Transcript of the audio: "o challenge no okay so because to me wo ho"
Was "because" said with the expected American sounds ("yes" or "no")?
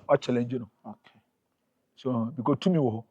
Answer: no